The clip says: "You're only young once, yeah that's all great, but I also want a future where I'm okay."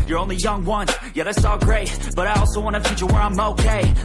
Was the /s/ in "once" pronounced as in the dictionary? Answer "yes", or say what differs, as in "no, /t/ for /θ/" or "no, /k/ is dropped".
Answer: no, /s/ is dropped